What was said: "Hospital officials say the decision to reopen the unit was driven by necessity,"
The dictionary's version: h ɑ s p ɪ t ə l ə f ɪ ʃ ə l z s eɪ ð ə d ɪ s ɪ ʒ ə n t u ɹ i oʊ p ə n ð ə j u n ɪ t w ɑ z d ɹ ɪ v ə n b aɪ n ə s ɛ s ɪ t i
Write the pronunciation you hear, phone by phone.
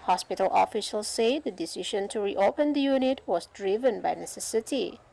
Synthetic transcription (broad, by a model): h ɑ s p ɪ t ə l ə f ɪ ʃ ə l s eɪ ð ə d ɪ s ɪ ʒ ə n t u ɹ i oʊ p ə n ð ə j u n ɪ t w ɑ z d ɹ ɪ v ə n b aɪ n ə s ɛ s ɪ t i